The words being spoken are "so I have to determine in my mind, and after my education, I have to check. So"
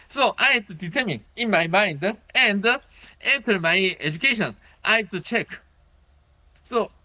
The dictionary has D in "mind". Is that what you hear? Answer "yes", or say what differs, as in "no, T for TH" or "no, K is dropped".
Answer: yes